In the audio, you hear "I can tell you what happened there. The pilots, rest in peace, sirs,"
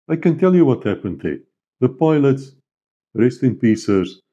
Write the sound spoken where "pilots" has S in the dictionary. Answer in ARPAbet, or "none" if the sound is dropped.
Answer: S